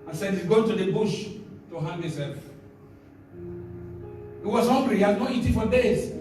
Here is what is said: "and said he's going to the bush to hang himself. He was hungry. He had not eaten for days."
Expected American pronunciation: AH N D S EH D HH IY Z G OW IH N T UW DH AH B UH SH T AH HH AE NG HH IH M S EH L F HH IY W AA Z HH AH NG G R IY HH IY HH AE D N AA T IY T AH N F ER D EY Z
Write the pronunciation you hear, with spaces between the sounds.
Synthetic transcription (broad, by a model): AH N S EH D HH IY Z G OW IH N T UW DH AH B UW SH T AH HH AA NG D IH S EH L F HH IY W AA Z HH AH NG G R IY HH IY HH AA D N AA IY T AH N F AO D EY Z